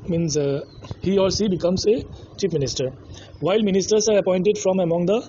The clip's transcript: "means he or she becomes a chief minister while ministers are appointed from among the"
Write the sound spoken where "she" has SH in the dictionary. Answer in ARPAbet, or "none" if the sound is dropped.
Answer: S